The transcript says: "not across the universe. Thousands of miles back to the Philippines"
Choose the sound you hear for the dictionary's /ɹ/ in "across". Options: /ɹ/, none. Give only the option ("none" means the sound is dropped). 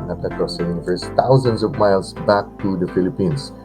none